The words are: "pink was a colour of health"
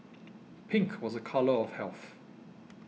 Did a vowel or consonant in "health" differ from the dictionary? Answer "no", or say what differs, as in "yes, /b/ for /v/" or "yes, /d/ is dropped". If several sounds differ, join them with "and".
no